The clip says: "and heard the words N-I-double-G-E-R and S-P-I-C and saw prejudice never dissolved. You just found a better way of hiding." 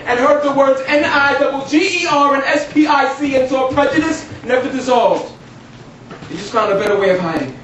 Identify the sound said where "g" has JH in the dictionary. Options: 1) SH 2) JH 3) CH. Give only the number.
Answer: 2